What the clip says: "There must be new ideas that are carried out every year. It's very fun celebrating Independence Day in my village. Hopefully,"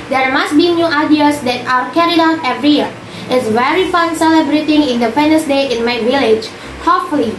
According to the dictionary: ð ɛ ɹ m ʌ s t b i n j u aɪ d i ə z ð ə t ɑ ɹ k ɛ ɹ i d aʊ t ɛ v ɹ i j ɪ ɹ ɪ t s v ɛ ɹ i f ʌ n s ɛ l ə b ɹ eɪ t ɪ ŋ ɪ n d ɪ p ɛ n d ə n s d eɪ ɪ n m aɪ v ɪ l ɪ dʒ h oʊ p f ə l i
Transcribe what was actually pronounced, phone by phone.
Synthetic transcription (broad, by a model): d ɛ ɹ m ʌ s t b i n j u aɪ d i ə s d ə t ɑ w k ɛ ɹ i d aʊ t ɛ v ɹ i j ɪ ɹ ɪ t s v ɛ ɹ i f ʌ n s ɛ l ə b ɹ eɪ t ɪ ŋ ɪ n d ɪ f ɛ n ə s d eɪ ɪ n m aɪ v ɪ l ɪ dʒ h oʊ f l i